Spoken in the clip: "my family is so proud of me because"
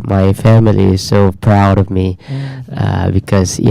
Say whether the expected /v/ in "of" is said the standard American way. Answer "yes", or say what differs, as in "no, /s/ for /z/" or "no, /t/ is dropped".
yes